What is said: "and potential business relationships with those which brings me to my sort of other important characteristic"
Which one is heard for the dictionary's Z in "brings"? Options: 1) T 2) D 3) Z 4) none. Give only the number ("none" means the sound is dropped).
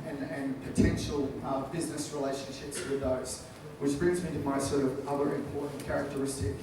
3